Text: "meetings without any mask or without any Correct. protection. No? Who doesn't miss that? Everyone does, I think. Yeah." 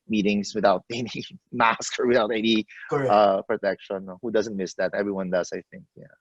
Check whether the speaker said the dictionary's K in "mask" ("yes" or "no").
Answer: yes